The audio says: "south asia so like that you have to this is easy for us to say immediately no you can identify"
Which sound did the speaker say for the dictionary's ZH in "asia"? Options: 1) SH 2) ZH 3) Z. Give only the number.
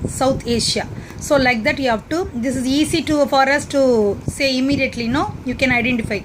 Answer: 1